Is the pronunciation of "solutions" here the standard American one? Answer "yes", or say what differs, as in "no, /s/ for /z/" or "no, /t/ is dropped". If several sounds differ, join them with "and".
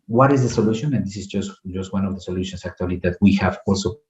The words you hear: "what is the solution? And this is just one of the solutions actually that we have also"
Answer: no, /s/ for /z/